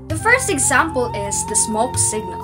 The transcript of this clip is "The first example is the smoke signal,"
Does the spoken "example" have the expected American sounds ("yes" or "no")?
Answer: yes